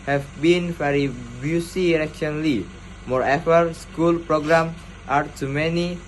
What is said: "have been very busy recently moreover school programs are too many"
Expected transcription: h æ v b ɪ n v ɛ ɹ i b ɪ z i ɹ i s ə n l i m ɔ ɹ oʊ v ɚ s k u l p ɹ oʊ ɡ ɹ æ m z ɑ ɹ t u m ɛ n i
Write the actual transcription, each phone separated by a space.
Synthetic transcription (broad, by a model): h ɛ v b ɪ n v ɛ ɹ i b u s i ɹ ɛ ʃ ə n l i m ɔ ɹ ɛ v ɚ s k u l p ɹ oʊ ɡ ɹ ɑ m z ɑ ɹ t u m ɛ n i